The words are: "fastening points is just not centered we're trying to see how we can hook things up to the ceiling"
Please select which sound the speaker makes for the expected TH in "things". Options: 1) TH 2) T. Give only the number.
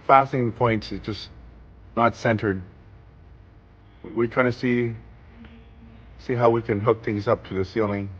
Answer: 1